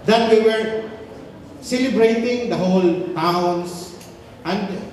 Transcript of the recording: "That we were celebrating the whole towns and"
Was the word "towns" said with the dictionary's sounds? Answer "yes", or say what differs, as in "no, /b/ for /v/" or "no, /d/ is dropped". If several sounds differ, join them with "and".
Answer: no, /s/ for /z/